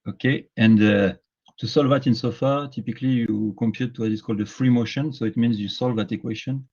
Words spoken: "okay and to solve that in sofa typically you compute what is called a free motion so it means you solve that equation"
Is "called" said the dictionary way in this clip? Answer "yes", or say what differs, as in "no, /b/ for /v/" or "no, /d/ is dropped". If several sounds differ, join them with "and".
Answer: yes